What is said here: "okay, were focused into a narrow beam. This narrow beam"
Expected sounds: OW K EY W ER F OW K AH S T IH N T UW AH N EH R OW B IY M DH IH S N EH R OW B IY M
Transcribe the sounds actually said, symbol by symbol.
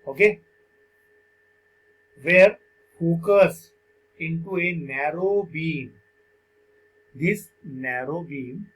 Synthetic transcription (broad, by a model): OW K EY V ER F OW K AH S IH N T UW AH N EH R OW B IY M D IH S N EH R OW B IY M